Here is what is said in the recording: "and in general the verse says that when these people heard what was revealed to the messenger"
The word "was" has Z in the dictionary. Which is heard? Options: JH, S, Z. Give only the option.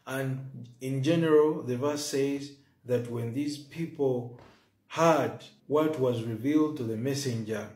Z